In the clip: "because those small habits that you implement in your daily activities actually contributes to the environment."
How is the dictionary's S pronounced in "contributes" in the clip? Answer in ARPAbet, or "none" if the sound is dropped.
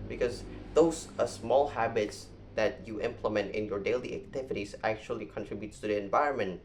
none